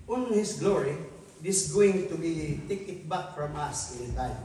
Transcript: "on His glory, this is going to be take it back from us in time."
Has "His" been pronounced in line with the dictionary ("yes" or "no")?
no